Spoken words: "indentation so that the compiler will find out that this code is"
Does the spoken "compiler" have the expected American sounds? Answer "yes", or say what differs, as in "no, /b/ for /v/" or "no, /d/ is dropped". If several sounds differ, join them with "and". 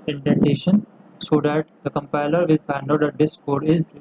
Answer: yes